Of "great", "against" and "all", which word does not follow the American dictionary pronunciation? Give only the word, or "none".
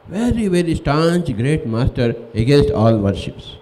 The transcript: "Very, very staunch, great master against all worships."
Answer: none